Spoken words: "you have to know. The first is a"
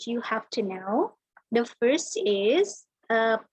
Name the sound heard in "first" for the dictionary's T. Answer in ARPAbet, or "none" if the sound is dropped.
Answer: T